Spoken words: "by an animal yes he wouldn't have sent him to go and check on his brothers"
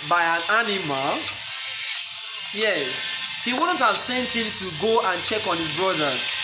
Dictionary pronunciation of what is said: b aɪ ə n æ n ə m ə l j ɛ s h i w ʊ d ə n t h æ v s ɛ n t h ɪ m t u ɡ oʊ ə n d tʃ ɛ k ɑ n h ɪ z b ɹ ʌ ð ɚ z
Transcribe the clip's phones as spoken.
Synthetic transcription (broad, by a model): b aɪ ə n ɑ n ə m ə l j ɛ s h i w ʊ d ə n t h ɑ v s ɛ n t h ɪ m t u ɡ oʊ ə n tʃ ɛ k ɑ n h ɪ z b ɹ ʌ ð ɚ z